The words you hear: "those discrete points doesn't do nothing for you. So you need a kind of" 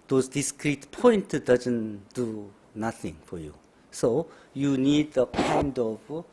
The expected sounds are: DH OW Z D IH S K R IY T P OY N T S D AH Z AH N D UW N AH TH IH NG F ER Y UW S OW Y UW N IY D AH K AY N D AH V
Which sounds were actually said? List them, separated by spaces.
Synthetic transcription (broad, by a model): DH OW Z D IH S K R IY T P OY N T D AH Z AH N D UW N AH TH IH NG F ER Y UW S OW Y UW N IY D AH K AY N D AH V